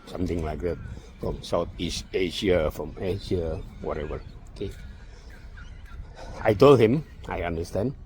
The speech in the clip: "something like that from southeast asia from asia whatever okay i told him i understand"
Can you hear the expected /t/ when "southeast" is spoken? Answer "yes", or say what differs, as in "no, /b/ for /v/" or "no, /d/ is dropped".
no, /t/ is dropped